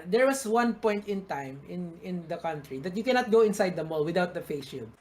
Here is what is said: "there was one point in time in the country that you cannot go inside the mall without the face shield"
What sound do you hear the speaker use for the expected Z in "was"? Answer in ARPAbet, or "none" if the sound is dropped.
S